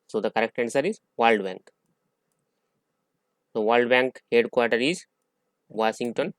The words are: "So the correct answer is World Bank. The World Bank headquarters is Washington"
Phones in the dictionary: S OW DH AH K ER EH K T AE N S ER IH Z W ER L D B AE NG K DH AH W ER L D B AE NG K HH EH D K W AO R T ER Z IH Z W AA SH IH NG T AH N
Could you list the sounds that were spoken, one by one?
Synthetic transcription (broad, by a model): S OW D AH K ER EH K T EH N S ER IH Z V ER L D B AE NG K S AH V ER L D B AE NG K HH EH D K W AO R T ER IH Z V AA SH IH NG T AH N